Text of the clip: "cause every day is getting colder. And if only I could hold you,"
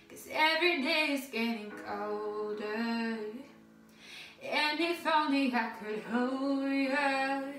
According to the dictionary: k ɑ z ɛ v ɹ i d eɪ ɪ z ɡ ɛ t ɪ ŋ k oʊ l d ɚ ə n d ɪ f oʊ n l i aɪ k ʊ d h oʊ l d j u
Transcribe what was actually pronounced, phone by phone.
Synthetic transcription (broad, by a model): k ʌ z ɛ v ɹ i d eɪ ɪ z ɡ ɛ t ɪ ŋ k oʊ l d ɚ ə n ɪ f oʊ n i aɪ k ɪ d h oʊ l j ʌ